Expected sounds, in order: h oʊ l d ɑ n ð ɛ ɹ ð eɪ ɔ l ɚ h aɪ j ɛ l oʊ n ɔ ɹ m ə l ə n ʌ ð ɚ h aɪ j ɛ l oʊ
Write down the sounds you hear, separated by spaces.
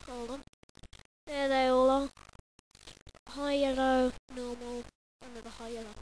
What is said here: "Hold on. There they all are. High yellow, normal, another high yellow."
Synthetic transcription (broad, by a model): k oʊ l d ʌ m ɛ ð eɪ ɔ l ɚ h aɪ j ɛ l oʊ n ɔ m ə l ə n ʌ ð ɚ h aɪ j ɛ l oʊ